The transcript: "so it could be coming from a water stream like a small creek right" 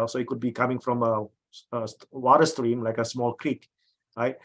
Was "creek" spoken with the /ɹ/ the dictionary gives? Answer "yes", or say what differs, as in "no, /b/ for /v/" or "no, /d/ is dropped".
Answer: yes